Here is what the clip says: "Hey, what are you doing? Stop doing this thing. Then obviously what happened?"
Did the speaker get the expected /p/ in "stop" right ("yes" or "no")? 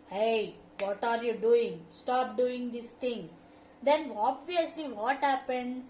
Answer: yes